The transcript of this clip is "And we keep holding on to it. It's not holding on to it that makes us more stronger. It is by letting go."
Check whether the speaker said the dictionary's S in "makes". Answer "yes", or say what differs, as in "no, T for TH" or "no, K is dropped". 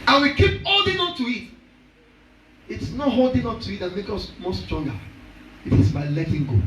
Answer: no, S is dropped